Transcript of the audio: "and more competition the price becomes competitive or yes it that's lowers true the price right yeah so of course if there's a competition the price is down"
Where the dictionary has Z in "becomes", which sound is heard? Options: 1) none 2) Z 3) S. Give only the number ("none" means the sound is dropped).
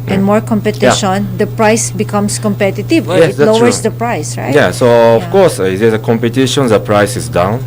3